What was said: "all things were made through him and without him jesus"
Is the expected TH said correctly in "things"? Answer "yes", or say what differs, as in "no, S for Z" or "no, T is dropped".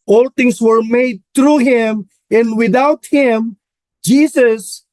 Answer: no, T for TH